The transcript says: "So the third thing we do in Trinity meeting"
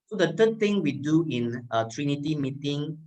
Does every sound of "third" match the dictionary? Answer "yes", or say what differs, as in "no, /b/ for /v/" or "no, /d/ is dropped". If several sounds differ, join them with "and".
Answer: no, /t/ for /θ/